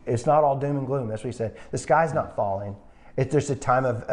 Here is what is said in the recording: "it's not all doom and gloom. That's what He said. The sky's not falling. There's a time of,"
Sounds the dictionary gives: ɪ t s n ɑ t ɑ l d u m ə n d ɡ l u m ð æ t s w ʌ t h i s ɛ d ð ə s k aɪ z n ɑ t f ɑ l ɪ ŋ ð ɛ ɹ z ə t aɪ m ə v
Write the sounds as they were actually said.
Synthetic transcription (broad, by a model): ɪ t s n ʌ t ɑ l d u m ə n ɡ l u m ð æ t s w ʌ t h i s ɛ d ð ə s k aɪ z n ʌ t f ɑ l ɪ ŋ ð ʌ ɹ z ə t aɪ m ə v